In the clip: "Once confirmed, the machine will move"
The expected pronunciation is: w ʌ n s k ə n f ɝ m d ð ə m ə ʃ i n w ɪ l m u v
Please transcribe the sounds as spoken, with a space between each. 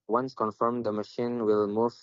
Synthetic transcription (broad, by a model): w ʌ n s k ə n f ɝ m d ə m ə ʃ i n w ɪ l m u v